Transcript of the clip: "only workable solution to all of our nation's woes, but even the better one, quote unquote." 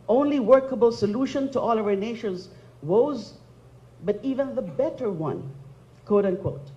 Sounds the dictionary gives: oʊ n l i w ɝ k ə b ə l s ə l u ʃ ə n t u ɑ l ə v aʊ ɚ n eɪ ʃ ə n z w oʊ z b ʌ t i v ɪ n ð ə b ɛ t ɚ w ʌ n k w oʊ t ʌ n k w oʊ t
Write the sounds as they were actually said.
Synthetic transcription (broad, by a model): oʊ n l i w ɝ k ə b ə l s ə l u ʃ ə n t u ɑ l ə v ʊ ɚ n eɪ ʃ ə n z w oʊ z b ʌ t i v ɪ n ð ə b ɛ t ɚ w ʌ n k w oʊ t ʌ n k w oʊ t